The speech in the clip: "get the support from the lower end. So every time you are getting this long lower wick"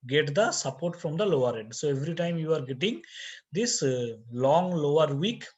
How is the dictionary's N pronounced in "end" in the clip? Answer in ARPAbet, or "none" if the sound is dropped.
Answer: none